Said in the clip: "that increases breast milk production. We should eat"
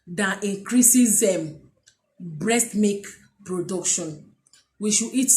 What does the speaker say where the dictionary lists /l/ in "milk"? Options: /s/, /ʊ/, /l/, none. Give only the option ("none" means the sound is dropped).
none